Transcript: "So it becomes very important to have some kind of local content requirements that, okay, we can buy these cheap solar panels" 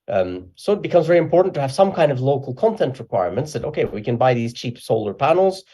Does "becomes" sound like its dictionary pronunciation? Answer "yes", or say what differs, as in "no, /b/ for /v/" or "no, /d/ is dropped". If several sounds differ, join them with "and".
yes